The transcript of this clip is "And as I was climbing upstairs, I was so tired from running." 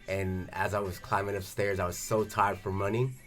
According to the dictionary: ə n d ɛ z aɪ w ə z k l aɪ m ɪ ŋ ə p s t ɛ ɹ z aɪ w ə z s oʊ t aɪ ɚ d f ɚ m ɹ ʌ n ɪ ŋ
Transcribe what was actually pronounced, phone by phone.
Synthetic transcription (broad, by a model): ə n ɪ z aɪ w ə z k l aɪ m ɪ ŋ ə p s t ɛ ɹ z aɪ w ə z s oʊ t aɪ ɚ d f ɚ m ʌ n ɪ